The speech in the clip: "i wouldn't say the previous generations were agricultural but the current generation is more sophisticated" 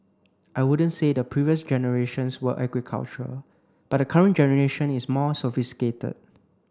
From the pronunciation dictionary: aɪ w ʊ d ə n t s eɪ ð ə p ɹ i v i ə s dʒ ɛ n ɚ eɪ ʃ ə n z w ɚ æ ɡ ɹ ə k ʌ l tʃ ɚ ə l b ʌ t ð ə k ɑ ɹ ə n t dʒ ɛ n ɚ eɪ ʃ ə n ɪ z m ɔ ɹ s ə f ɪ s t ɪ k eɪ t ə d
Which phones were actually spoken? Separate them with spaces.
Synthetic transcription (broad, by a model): aɪ w ʊ d ə n t s eɪ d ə p ɹ i v i ə s dʒ ɛ n ɚ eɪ ʃ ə n s w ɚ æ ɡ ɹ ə k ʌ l tʃ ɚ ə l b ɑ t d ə k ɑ ɹ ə n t dʒ ɛ n ɚ eɪ ʃ ə n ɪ s m ɔ s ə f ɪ s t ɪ k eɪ t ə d